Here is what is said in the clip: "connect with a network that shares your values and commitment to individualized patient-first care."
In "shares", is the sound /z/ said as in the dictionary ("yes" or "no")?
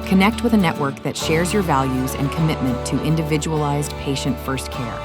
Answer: yes